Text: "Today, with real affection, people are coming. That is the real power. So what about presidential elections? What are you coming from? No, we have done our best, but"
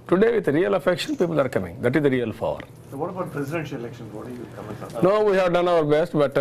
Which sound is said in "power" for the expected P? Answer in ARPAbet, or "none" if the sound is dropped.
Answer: F